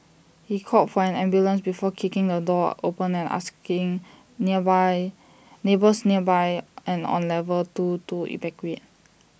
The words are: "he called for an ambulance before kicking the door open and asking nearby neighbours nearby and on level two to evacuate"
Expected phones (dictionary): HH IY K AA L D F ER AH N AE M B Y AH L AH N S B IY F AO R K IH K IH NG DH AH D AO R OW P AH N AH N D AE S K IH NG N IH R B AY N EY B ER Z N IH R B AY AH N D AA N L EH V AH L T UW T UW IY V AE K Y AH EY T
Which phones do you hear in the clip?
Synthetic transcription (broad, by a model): HH IY K AA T F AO AH N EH M B Y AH L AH N S B IY F AO K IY K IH NG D AH D AO OW P AH N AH N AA S K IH NG N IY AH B AY N EY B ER S N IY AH B AY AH N AA N L EH V AH L T UW T UW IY B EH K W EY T